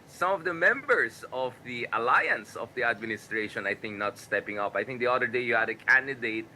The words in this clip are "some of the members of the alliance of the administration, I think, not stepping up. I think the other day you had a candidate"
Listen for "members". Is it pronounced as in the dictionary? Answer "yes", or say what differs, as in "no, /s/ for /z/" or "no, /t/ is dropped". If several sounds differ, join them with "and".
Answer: no, /s/ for /z/